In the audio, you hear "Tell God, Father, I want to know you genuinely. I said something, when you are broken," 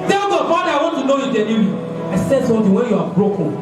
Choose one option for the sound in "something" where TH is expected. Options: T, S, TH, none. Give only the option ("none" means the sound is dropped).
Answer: T